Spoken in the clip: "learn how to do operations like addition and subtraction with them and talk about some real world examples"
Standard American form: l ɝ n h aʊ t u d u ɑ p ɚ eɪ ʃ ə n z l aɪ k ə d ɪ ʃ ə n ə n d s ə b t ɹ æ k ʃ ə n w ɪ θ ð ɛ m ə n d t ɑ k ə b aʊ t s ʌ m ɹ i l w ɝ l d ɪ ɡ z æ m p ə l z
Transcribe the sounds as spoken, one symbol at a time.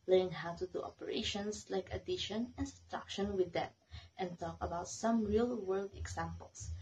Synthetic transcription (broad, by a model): l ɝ n h aʊ t u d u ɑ p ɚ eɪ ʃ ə n s l aɪ k ə d ɪ ʃ ə n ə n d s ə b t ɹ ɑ k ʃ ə n w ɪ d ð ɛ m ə n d t ɑ k ə b aʊ t s ʌ m ɹ i l w ɝ l d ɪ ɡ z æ m p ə l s